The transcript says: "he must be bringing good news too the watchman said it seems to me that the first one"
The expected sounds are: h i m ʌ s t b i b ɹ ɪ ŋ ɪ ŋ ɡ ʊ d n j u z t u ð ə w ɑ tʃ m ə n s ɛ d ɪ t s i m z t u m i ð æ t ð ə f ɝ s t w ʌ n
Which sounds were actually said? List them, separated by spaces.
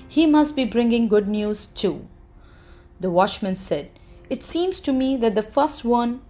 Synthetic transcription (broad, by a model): h i m ʌ s t b i b ɹ ɪ ŋ ɪ ŋ ɡ ʊ d n j u z t u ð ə w ɑ tʃ m ə n s ɛ d ɪ t s i m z t u m i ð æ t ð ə f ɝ s t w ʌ n